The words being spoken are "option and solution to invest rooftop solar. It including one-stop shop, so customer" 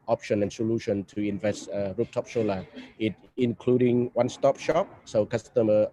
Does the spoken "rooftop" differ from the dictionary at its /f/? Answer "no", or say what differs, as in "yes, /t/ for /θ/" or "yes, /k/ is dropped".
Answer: yes, /p/ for /f/